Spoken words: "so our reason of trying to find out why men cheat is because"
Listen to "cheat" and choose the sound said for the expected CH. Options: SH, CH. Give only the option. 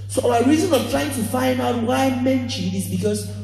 SH